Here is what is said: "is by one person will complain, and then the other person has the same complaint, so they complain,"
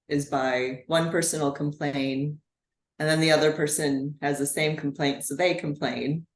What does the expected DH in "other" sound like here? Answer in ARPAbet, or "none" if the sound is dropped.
DH